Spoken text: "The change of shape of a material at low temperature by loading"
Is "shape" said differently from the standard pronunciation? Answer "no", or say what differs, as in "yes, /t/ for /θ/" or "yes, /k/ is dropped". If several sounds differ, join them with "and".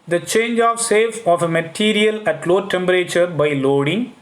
yes, /s/ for /ʃ/